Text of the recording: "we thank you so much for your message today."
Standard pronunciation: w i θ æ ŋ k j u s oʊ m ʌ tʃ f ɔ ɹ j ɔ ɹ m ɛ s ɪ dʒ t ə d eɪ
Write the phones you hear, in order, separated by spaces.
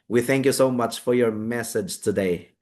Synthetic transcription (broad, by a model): w i θ æ ŋ k j u s oʊ m ʌ tʃ f ɔ ɹ j ɔ ɹ m ɛ s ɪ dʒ t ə d eɪ